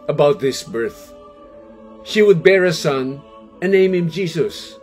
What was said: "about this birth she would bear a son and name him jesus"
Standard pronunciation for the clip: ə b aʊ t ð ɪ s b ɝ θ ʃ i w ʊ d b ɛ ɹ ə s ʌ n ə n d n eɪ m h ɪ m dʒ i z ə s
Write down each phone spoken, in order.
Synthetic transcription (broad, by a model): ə b aʊ t ð ɪ s b ɝ θ ʃ i w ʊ d b ɛ ɹ ə s ʌ n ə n n eɪ m h ɪ m dʒ i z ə s